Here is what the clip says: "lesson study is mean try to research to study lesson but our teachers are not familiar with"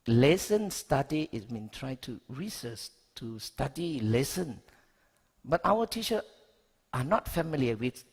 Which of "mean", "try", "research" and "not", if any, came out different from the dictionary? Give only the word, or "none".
research